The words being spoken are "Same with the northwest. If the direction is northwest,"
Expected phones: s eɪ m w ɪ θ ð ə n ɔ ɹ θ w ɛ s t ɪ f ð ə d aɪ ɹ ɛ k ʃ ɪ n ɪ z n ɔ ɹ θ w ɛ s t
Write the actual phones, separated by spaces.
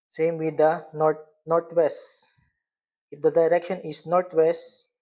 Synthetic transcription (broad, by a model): s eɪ m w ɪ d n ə n ɔ ɹ t w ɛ s t ɪ f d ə d aɪ ɹ ɛ k ʃ ɪ n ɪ s n ɔ ɹ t w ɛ s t